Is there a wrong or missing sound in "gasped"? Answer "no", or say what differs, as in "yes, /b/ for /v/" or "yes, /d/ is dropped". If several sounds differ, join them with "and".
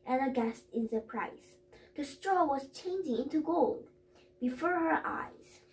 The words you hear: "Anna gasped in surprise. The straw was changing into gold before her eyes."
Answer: yes, /p/ is dropped